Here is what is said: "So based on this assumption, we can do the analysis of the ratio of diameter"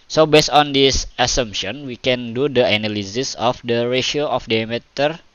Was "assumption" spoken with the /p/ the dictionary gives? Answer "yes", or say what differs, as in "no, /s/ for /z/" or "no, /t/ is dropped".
yes